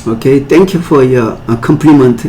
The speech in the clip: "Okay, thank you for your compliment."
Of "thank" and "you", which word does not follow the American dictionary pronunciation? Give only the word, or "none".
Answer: thank